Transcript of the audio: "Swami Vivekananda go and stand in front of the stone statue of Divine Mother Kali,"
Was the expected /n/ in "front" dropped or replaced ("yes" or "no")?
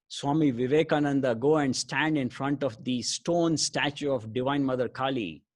no